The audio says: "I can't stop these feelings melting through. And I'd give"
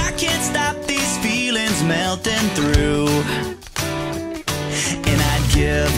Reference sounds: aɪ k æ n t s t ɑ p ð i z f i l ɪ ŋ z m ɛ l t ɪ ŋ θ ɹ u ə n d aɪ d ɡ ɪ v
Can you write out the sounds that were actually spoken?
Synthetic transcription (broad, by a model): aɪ k æ n t s t ɑ p ð i z f i l ɪ ŋ z m ɛ l t ɪ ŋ θ ɹ u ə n aɪ d ɡ ɪ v